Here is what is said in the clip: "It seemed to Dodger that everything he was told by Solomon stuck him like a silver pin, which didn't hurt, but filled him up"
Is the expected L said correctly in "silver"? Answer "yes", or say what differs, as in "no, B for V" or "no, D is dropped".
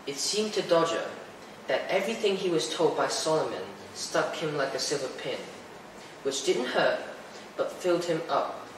yes